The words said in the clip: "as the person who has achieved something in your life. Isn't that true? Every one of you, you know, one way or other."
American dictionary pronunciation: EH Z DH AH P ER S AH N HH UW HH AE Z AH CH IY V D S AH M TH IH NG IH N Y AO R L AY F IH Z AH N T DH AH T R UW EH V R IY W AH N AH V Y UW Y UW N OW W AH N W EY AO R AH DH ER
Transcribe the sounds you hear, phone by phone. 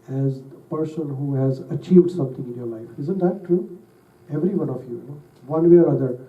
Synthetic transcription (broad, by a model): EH Z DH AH P ER S AH N HH UW HH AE Z AH CH IY V D S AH M T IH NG IH N Y AO R L AY F IH Z AH N T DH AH T R UW EH V R IY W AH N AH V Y Y UW N OW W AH N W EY AO R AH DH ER